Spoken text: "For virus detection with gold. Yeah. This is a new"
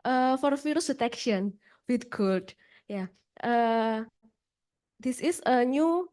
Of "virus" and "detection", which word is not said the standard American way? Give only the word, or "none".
virus